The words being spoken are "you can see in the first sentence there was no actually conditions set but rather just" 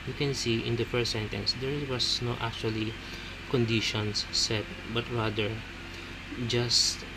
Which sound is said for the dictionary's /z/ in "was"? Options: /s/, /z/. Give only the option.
/s/